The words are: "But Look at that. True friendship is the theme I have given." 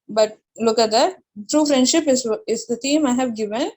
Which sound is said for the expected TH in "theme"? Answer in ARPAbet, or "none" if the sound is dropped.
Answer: T